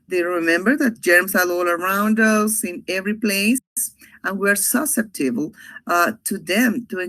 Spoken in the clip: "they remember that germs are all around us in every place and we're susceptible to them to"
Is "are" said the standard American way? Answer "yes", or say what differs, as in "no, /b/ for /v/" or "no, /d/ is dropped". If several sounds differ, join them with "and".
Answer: no, /l/ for /ɹ/